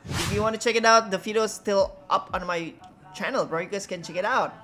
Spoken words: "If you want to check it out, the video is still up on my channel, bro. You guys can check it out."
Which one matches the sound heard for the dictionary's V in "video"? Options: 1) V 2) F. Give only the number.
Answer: 2